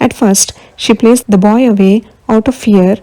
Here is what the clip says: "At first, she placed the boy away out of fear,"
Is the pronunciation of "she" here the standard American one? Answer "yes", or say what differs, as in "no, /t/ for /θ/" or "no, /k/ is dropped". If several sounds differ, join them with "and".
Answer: yes